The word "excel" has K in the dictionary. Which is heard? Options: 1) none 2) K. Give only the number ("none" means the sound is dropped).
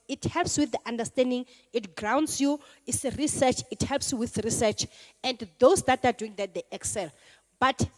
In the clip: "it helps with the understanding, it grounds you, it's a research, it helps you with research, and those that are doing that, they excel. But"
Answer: 2